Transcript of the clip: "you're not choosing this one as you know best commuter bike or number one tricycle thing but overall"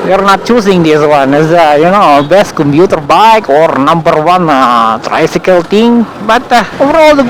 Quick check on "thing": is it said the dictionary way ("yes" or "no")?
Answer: no